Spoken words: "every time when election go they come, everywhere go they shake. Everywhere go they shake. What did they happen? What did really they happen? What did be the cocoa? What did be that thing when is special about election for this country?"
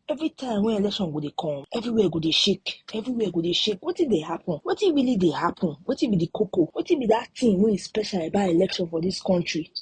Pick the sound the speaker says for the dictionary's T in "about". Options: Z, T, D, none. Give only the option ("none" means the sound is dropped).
none